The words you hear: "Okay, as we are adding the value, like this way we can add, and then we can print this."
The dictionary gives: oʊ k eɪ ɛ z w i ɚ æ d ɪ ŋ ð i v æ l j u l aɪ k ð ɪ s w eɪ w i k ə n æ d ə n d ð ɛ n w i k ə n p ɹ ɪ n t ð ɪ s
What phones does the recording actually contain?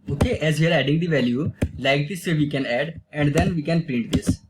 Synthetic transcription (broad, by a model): oʊ k eɪ ɛ z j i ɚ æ d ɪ ŋ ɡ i v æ l j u l aɪ k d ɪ s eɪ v i k ə n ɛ d ə n d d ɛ n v i k ə n p ɹ ɪ n t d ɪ s